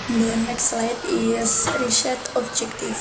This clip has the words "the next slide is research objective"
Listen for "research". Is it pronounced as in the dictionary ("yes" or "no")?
no